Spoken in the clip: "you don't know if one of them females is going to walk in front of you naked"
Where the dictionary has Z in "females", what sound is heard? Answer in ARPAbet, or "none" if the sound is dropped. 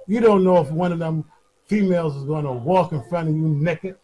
Z